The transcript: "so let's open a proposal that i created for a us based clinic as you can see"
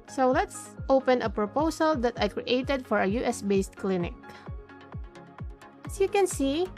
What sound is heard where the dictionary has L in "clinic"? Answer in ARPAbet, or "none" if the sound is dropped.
L